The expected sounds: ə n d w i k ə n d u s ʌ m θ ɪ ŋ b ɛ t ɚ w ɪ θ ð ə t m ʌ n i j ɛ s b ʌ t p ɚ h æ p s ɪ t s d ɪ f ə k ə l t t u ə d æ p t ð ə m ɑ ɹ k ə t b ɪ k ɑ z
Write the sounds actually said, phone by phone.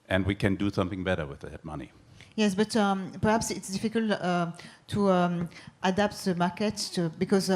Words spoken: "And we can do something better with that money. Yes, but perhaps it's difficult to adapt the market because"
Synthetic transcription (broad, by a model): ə n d w i k ə n d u s ʌ m θ ɪ ŋ b ɛ t ɚ w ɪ ð ə t m ʌ n i j ɛ s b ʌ t p ɚ h æ p s ɪ t s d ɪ f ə k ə l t t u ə d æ p t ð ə m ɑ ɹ k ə t b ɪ k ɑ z